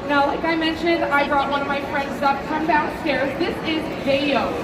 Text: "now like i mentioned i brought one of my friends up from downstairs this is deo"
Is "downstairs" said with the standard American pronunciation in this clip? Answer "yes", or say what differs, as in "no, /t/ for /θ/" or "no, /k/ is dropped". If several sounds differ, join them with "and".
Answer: no, /n/ is dropped